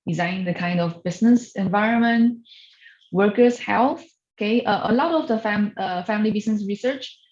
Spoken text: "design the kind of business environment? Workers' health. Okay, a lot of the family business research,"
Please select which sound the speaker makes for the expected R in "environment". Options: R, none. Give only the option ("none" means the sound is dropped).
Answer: R